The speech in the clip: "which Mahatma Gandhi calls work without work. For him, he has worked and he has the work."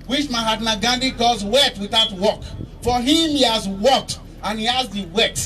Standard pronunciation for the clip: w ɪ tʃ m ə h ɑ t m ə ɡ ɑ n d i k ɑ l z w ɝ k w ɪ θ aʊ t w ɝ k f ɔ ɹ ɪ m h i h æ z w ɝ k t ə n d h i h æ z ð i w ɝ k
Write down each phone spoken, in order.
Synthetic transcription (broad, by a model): w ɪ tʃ m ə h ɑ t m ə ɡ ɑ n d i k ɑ z w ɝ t w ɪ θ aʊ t w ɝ k f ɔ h ɪ m h i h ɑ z w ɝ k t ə n h i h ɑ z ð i w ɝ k